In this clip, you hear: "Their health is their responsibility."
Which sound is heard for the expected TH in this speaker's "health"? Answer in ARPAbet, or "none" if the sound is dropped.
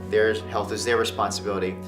TH